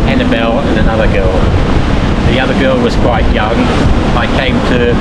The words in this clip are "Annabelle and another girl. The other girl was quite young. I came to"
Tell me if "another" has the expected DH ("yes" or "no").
yes